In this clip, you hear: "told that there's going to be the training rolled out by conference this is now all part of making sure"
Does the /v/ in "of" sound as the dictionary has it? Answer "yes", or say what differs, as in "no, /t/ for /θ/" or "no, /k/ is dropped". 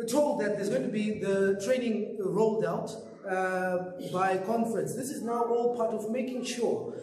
yes